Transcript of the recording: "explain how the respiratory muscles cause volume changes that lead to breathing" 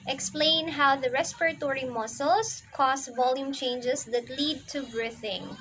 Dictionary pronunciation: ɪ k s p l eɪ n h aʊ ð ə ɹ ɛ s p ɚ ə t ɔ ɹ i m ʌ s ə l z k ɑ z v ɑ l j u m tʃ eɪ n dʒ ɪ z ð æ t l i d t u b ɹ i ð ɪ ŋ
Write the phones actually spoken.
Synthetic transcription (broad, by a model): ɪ k s p l eɪ n h aʊ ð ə ɹ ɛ s p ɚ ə t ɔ ɹ i m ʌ s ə l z k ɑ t v ɑ l j u m tʃ eɪ n dʒ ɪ s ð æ t l i d t u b ɹ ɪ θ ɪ ŋ